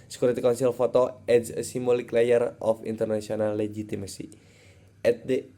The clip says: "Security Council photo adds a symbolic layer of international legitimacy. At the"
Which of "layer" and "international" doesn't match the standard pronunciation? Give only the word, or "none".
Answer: international